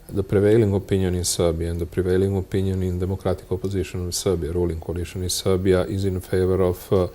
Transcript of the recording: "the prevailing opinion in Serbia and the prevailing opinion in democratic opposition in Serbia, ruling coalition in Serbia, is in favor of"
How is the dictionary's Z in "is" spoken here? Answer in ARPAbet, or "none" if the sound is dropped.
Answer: Z